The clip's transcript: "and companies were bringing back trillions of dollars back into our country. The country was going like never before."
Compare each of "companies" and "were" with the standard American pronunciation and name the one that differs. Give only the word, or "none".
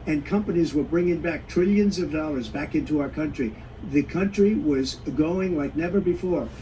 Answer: none